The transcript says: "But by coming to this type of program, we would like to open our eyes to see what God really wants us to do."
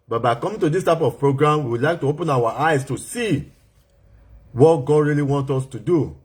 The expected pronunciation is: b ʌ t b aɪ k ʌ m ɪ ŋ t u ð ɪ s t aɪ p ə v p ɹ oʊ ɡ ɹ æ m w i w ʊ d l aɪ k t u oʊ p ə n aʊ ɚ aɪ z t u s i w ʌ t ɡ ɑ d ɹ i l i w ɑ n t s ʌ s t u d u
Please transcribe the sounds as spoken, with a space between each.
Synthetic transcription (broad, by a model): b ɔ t b aɪ k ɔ m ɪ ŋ t u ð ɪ s t aɪ p ə v p ɹ oʊ ɡ ɹ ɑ m w i w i l aɪ k t u oʊ p ə n aʊ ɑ aɪ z t u s i w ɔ t ɡ ɑ d ɹ i l i w ɑ n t ɔ s t u d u